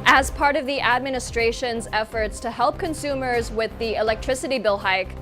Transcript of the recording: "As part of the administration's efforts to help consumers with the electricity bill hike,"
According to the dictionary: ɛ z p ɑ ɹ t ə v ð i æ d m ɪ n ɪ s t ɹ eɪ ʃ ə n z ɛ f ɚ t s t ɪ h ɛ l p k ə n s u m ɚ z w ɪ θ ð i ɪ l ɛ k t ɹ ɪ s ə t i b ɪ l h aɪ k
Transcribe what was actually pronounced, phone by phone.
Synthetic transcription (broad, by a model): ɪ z p ɑ ɹ t ə v ð i æ d m ɪ n ɪ s t ɹ eɪ ʃ ə n z ɛ f ɚ t s t ɪ h ɛ l p k ə n s u m ɚ z w ɪ ð i ɪ l ɛ k t ɹ ɪ s ə t i b ɪ l h aɪ k